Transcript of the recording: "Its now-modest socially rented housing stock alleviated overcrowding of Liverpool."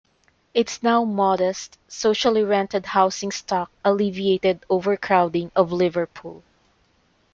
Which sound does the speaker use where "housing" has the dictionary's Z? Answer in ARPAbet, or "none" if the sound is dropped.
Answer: S